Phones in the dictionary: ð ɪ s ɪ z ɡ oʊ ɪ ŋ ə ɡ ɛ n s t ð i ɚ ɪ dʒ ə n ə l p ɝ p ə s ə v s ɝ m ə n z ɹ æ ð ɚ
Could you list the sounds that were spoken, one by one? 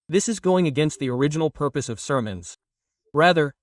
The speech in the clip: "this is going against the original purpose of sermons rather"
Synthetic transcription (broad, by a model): ð ɪ s ɪ z ɡ oʊ ɪ ŋ ə ɡ ɛ n s t ð i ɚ ɪ dʒ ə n l p ɝ p ə s ə v s ɝ m ə n z ɹ æ ð ɚ